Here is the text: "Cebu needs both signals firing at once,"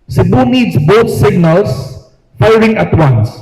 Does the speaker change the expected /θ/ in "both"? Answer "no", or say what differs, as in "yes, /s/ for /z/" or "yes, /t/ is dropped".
yes, /t/ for /θ/